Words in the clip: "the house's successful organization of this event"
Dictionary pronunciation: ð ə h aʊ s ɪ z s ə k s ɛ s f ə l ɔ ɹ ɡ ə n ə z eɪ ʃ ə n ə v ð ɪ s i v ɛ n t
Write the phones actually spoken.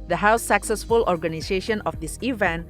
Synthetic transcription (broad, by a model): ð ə h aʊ ɪ s ə k s ɛ s f ə l ɔ ɹ ɡ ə n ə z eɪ ʃ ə n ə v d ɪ s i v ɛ n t